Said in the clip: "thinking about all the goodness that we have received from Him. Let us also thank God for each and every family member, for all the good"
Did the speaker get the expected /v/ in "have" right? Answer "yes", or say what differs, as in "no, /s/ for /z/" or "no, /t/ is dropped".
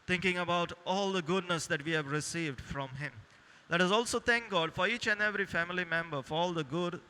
yes